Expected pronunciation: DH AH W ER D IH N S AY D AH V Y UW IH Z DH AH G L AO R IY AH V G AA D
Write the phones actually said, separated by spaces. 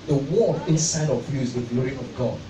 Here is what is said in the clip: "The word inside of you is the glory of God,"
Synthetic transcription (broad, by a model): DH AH W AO IH N S AY D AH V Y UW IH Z DH AH G L AO R IY AH V G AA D